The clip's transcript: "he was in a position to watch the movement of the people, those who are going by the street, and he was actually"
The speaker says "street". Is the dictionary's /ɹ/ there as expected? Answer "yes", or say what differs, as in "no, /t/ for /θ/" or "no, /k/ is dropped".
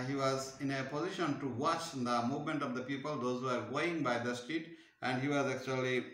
no, /ɹ/ is dropped